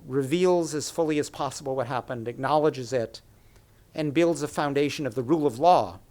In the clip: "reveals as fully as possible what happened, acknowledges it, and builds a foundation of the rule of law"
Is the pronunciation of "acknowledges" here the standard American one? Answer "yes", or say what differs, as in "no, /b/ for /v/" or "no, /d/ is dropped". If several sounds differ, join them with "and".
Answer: yes